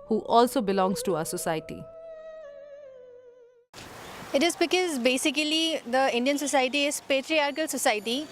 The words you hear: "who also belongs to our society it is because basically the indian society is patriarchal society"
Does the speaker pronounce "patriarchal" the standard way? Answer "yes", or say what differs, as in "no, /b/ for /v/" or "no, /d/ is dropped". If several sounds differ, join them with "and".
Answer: yes